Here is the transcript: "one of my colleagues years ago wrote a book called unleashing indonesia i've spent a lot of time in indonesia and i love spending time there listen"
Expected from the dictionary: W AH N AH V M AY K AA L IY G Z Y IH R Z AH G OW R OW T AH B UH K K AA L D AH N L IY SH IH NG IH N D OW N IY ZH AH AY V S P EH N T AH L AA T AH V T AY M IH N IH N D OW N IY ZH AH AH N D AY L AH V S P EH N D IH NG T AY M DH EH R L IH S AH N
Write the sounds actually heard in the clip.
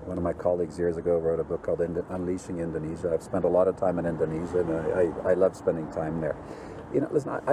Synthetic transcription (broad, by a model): W AH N AH V M AY K AA L IY G Z Y IH R Z AH G OW R OW T AH B UH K K AA L D AH N L IY SH IH NG IH N D OW N IY ZH AH AY V S P EH N T AH L AA T AH V T AY M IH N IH N D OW N IY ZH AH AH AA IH AY L AH V S P EH N D IH NG T AY M DH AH R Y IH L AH N